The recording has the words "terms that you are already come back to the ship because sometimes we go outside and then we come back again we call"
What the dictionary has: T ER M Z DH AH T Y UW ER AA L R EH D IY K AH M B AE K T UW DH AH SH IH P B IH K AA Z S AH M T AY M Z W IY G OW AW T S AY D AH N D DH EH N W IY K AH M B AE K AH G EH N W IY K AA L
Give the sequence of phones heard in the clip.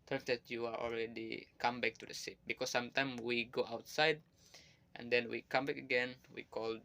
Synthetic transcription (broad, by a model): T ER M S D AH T Y UW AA AA L R EH D IY K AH M B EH K T UW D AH S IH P B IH K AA S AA M T AY M W IY G OW AW T S AY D AH N D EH N W IY K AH M B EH K AH G EH N W IY K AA L